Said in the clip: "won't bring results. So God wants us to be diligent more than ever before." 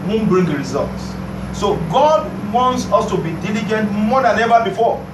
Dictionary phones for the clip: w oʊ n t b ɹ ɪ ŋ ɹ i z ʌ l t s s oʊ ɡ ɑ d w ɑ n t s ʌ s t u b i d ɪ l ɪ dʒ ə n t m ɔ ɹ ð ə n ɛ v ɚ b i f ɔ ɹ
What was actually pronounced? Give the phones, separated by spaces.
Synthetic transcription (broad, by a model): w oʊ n b ɹ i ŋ ɹ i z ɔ l t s s oʊ ɡ ɑ d w ɑ n t s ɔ s t u b i d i l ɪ dʒ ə n t m ɔ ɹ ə n ɛ v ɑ b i f ɔ